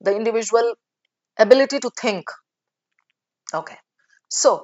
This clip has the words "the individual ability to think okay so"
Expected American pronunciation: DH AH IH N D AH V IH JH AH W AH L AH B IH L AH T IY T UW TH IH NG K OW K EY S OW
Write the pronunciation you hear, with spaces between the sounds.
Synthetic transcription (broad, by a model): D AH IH N D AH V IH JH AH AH L AH B IH L AH T IY T UW T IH NG K OW K EY S OW